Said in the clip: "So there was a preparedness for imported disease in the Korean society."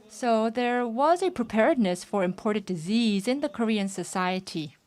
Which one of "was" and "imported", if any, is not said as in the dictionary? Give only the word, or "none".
none